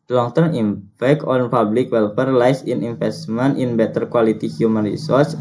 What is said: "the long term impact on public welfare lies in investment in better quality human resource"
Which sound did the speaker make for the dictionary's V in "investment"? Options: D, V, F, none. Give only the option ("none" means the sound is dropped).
F